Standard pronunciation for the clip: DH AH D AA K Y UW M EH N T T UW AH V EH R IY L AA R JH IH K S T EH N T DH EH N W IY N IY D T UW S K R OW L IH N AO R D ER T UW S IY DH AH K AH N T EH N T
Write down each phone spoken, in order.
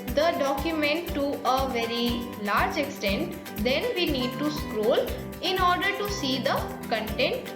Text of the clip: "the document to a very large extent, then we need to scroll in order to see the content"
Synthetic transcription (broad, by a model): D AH D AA K Y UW M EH N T T UW AH V EH R IY L AA R JH IH K S T EH N T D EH N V IY N IY D T UW S K R OW L IH N AO R D ER T UW S IY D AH K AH N T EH N T